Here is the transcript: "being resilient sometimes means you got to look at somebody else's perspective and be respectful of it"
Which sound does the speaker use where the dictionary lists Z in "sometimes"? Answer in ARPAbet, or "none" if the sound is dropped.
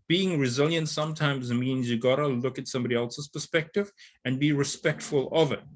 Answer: Z